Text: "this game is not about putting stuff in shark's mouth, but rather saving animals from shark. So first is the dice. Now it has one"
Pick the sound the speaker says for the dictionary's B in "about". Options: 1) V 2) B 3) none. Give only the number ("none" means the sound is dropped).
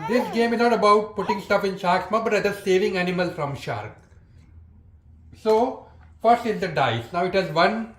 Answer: 2